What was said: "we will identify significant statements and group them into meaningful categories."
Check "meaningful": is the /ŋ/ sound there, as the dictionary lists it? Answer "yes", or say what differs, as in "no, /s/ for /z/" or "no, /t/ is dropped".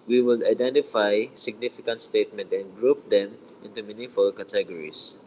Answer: no, /ŋ/ is dropped